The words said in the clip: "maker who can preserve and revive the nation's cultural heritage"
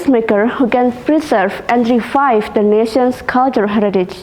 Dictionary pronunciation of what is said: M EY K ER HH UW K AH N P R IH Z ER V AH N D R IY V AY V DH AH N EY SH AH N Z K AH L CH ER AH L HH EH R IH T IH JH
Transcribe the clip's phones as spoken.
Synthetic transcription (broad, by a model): M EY K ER HH UW K AH N P R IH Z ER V AH N D R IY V AY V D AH N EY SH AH N S K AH L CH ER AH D HH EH R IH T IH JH